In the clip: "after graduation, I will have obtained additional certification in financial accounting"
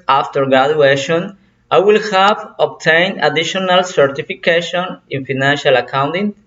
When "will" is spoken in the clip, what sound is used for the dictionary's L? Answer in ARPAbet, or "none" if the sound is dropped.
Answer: L